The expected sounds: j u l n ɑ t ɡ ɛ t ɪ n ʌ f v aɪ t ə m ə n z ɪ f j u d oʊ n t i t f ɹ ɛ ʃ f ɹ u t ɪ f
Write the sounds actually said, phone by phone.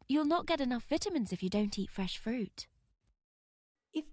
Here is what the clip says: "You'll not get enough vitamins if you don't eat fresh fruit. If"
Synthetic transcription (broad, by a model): j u l n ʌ t ɡ ɛ t ɪ n ʌ f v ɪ t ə m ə n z ɪ f j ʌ d oʊ n t i t f ɹ ɛ ʃ f ɹ u t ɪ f